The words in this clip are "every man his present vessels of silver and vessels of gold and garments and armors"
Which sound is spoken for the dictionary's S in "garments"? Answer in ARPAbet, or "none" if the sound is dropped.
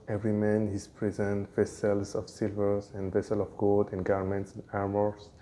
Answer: S